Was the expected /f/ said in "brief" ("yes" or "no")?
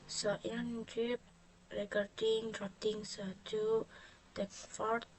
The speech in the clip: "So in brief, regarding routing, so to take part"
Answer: no